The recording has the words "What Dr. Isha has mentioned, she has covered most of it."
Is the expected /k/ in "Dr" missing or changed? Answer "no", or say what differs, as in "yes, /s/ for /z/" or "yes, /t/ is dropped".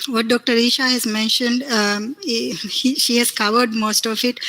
no